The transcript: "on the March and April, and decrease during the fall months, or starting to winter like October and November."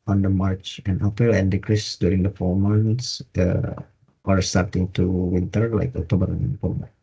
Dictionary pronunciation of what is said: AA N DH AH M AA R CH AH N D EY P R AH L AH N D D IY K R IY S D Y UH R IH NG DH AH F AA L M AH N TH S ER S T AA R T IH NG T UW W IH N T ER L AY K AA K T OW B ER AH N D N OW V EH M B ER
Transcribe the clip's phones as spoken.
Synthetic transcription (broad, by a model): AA N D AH M AA R CH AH N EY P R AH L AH N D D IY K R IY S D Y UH R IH NG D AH F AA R M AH N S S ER S T AA R T IH NG T UW W IH N T ER L AY K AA K T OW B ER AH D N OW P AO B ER